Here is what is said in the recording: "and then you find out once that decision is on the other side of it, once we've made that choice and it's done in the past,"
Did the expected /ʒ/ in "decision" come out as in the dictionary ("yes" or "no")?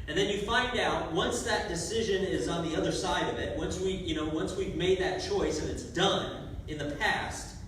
yes